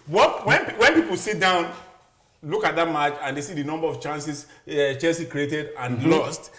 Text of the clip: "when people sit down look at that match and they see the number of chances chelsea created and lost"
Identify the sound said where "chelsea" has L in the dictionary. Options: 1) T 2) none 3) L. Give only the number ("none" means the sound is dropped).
2